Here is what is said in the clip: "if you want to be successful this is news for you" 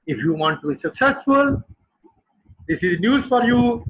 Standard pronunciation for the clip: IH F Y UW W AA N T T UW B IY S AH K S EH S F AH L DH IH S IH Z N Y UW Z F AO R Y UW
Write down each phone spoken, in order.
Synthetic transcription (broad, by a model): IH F Y UW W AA N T T UW B IY S AH K S EH S F AH L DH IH S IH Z N Y UW Z F AO R Y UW